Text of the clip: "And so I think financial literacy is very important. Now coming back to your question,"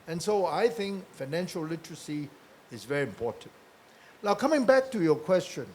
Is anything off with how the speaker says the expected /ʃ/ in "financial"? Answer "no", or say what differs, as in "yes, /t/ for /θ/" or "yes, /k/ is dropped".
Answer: no